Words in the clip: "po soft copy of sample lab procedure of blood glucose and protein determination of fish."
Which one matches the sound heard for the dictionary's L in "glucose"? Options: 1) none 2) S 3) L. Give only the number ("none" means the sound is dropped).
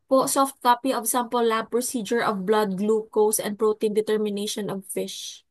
3